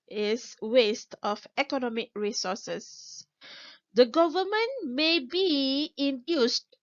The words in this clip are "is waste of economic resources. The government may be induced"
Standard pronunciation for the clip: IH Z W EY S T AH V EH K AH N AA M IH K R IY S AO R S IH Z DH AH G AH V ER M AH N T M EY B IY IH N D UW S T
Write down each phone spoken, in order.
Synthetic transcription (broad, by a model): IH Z W EY S T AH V EH K AH N AA M IH K R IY S AO S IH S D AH G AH V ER M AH N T M EY B IY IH N D UW S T